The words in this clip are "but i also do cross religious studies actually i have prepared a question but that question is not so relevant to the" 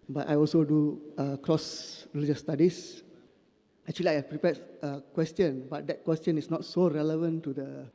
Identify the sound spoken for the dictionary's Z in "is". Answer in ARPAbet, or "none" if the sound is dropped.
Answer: S